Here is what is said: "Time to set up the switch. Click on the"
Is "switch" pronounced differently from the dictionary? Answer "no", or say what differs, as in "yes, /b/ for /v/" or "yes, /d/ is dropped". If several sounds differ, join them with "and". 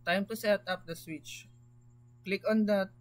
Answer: no